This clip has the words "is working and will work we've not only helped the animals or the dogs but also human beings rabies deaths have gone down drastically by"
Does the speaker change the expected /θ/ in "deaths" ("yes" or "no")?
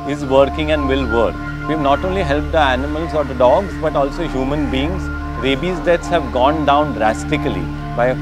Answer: yes